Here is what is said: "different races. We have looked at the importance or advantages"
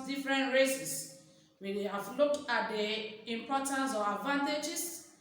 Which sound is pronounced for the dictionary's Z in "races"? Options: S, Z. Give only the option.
S